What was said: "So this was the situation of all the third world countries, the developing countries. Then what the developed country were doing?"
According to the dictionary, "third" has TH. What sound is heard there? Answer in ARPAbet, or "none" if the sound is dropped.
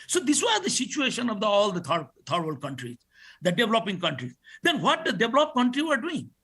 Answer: T